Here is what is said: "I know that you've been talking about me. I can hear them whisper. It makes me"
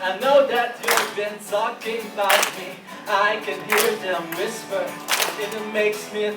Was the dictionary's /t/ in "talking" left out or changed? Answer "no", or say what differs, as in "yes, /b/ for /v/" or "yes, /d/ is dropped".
yes, /s/ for /t/